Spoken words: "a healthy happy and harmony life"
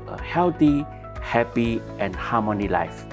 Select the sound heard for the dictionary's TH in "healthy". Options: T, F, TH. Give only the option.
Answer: T